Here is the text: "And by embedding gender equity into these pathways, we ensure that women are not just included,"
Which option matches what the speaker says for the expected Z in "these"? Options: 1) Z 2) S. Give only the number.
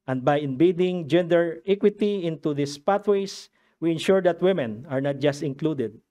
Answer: 2